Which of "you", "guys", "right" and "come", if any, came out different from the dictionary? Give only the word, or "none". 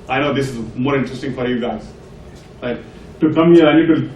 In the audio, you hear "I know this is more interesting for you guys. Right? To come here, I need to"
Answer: right